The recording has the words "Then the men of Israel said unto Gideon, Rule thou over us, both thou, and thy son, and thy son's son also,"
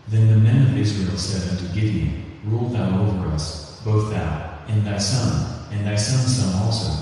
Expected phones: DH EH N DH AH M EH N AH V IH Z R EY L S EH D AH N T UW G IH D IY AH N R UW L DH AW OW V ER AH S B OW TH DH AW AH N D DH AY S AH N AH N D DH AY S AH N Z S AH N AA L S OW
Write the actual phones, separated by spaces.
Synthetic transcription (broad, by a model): DH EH N DH AH M EH N AH V IH Z R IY L S EH D AH N T UW G IH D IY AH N R UW L DH AW OW V ER AH S B OW TH DH AW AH N DH AY S AH N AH N DH AY S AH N S AH N AA L S OW